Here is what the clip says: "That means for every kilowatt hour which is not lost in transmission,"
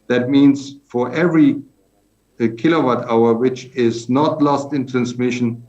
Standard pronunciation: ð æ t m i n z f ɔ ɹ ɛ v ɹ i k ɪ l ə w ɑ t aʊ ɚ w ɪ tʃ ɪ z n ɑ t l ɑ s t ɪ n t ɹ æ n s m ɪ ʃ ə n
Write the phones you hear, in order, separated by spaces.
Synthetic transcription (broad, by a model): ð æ t m i n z f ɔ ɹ ɛ v ɹ i k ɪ l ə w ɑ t aʊ ɚ w ɪ tʃ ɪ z n ɑ t l ɑ s t ɪ n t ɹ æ n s m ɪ ʃ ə n